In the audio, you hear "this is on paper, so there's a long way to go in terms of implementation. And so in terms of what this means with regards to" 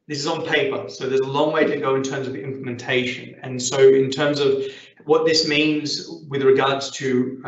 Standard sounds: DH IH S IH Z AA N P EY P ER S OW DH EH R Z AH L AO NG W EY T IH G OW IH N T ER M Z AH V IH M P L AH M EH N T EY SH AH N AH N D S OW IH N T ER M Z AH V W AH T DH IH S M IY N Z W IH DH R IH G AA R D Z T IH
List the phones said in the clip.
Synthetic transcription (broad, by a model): DH IH S IH Z N P EY P ER S OW DH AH R Z AH L AO NG W EY T IH G OW IH N T ER M Z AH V IH M P L AH M EH N T EY SH AH N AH N S OW IH N T ER M Z AH V W AH T DH IH S M IY N Z W IH DH R IH G AA R D Z T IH